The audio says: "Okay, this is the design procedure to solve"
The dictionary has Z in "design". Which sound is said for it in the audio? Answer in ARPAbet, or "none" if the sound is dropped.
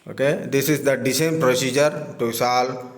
S